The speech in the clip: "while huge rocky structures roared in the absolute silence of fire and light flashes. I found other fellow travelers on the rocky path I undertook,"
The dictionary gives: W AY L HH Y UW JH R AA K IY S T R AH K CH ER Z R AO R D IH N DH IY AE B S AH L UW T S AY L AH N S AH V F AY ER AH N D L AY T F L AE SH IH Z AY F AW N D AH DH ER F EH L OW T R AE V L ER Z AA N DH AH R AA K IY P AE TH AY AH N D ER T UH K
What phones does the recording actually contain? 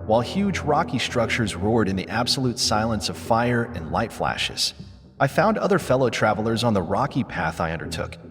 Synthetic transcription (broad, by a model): W AY L HH Y UW JH R AA K IY S T R AH K CH ER Z R AO R D IH N DH IY AE B S AH L UW T S AY L AH N S AH V F AY ER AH N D L AY T F L AE SH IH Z AY F AW N D AH DH ER F EH L OW T R AE V L ER Z N DH AH R AA K IY P AE TH AY AH N D ER T UH K